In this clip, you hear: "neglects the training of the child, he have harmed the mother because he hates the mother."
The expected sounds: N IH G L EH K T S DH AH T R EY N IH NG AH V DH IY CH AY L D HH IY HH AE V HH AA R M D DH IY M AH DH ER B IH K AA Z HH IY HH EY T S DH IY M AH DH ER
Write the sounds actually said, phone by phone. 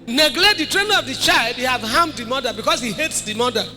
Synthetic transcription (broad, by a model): N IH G L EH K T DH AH T R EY N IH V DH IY CH AY L D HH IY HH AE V HH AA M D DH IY M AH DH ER B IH K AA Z HH IY HH EY T S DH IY M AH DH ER